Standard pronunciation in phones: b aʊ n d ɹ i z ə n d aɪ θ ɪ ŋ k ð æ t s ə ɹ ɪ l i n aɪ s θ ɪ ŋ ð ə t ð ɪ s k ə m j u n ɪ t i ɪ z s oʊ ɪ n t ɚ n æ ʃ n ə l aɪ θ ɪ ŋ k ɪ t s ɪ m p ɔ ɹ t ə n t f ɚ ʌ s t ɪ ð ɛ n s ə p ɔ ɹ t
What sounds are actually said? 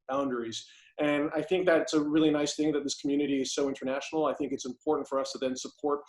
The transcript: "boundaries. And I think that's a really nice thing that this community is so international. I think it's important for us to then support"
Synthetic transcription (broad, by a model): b aʊ n d ɹ i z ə n aɪ θ ɪ ŋ k ð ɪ t s ə ɹ ɪ l i n aɪ s θ ɪ ŋ ð ə t ð ɪ s k m j u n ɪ t i ɪ z s oʊ ɪ n t ɚ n æ ʃ n l aɪ θ ɪ ŋ k ɪ t s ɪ m p ɔ ɹ t n t f ɚ ʌ s t ɪ ð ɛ n s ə p ɔ ɹ t